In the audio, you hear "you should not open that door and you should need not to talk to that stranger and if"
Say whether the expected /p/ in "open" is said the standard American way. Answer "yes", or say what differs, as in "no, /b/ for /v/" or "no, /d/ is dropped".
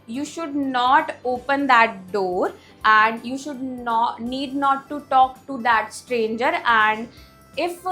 yes